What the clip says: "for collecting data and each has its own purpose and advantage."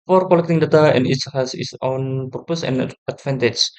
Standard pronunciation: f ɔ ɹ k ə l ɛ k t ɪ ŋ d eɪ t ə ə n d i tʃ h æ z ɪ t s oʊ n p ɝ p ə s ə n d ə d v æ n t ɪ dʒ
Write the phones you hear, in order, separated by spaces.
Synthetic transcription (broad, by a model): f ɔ ɹ k ə l ɛ k t ɪ ŋ d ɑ t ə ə n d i s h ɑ s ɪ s oʊ n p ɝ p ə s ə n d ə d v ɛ n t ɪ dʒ